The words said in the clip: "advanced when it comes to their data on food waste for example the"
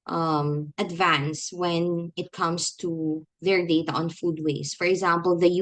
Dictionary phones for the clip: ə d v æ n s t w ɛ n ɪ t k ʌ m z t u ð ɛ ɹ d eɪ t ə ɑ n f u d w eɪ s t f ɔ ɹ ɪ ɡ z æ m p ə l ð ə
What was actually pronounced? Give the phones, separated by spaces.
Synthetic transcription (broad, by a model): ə d v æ n s w ɛ n ɪ t k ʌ m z t u ð ɛ ɹ d eɪ t ə ɑ n f u d w eɪ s f ɔ ɹ ɪ ɡ z æ m p ə l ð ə